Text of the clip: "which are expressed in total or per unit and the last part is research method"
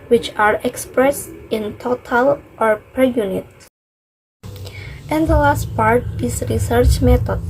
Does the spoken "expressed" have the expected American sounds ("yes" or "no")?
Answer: yes